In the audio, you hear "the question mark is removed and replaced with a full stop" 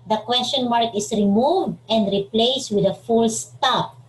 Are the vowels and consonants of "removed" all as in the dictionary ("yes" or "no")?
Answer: yes